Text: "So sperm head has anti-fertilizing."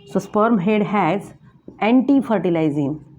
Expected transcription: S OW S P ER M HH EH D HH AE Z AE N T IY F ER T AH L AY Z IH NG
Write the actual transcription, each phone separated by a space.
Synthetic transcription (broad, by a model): S OW S P ER M HH EH D HH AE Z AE N T IY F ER T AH L AY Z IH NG